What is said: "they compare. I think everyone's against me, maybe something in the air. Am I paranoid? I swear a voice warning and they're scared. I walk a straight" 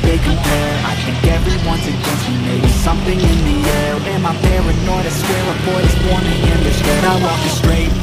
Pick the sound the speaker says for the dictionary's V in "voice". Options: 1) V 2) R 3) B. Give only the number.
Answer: 3